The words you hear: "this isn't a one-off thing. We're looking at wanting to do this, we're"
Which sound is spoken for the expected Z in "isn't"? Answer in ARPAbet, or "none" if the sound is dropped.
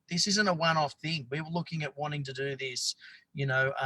Z